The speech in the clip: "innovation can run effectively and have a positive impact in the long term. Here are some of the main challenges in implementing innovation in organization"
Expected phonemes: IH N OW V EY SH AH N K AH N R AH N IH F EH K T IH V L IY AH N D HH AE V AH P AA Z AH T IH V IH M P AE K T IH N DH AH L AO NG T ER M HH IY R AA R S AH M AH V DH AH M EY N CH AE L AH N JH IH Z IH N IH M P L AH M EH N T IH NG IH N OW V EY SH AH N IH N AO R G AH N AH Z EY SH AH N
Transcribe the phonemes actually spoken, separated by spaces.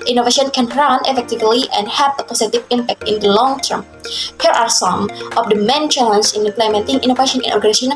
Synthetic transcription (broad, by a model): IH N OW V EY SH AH N K AH N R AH N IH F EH K T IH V L IY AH N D HH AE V AH P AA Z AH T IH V IH M P AE K T IH N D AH L AO NG T ER M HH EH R AA R S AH M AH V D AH M EY N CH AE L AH N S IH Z IH N IH M P L AH M EH N T IH NG IH N OW V EY SH AH N IH N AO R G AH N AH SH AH N